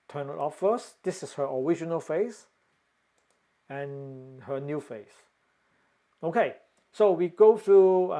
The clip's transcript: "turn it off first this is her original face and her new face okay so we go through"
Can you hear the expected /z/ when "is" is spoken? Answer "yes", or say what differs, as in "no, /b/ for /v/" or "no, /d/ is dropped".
no, /s/ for /z/